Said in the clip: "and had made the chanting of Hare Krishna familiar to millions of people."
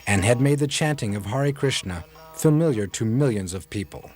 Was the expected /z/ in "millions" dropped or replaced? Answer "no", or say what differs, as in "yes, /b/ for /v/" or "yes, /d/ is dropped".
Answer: no